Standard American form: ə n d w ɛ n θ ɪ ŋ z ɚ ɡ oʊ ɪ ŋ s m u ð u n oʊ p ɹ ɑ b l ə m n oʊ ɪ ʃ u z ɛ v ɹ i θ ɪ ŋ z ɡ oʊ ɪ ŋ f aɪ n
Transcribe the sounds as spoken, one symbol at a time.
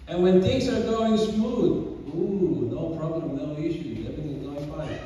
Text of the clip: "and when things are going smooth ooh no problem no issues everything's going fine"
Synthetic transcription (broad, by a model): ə n w ɛ n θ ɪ ŋ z ɚ ɡ oʊ ɪ ŋ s m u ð u n oʊ p ɹ ɑ b l ə m n oʊ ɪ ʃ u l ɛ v i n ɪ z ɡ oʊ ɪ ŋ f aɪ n